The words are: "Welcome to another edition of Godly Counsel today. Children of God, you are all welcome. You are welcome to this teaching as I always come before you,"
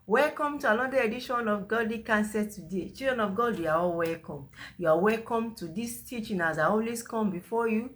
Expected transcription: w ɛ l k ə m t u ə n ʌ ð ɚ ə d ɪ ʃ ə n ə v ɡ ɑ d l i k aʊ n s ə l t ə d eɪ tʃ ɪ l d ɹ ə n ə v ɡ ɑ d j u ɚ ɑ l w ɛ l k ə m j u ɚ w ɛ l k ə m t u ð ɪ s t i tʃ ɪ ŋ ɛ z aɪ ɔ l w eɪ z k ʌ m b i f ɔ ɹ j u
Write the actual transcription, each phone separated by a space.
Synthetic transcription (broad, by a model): w ɛ l k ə m t u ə l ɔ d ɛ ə d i ʃ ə n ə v ɡ ɑ d l i k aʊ n s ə t ə d eɪ tʃ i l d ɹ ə n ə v ɡ ɑ d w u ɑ ɑ l w ɛ l k ə m j u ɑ w ɛ l k ə m t u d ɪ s t i tʃ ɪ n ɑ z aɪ ɔ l w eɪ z k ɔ m b i f ɔ j u